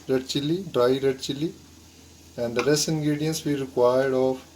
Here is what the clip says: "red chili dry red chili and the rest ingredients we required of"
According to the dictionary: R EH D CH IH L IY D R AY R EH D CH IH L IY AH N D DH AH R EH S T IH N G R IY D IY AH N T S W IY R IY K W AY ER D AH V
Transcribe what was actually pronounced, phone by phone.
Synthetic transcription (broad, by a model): R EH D CH IH L IY D R AY R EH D CH IH L IY AH N D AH R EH S IH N G R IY D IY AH N S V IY R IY K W AY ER D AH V